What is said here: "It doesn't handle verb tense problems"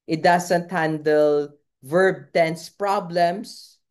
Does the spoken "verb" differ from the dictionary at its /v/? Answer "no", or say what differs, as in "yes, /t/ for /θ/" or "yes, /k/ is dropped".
no